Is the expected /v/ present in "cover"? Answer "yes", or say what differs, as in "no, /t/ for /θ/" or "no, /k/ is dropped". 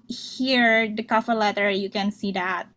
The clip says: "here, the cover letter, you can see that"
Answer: no, /f/ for /v/